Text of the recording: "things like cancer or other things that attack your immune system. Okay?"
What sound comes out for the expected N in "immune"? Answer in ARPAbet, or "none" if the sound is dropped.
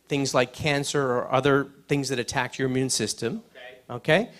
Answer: N